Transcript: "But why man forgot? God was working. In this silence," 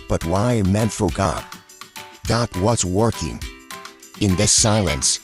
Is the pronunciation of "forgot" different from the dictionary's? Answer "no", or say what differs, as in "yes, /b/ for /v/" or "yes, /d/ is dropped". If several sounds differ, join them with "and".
no